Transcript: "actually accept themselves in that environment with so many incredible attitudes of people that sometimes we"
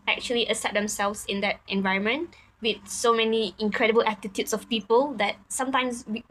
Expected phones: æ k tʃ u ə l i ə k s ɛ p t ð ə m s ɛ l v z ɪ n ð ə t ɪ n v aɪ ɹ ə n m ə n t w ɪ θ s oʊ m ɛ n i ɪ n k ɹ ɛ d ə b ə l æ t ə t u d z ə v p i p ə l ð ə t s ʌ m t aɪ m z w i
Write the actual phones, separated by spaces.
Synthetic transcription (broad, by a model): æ k tʃ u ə l i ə s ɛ t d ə m s ɛ l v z ɪ n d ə t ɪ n v aɪ ɹ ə n m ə n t w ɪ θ s oʊ m ɛ n i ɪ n k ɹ ɛ d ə b ə l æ t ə t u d s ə f p i p ə l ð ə t s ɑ m t aɪ m s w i